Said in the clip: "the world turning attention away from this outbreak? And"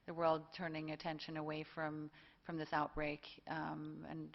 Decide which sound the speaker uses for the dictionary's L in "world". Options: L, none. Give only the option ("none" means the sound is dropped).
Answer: L